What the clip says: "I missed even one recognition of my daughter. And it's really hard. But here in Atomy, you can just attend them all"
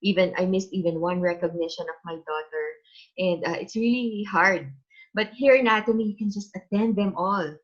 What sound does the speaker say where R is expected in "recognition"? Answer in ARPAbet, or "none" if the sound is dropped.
R